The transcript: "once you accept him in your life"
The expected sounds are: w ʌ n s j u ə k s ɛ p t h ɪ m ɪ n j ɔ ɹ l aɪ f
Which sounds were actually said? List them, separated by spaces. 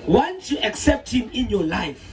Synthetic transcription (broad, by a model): w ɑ n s j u ə k s ɛ p t h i m ɪ n j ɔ l aɪ f